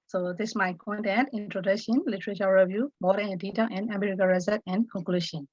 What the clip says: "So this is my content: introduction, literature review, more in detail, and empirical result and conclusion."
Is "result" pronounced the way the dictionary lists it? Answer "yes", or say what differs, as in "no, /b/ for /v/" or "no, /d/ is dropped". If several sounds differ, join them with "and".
no, /l/ is dropped